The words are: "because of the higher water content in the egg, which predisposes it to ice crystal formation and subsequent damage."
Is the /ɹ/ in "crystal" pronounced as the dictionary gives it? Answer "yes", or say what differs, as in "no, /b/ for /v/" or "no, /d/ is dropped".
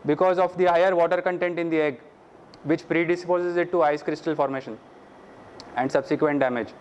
yes